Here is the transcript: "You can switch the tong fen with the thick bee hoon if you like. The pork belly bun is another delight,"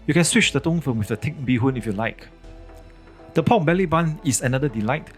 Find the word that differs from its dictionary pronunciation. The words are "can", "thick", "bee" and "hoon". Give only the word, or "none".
thick